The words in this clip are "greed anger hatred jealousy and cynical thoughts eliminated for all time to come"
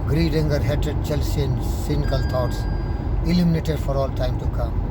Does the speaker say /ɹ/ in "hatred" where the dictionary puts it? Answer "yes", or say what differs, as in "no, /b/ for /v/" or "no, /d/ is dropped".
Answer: no, /ɹ/ is dropped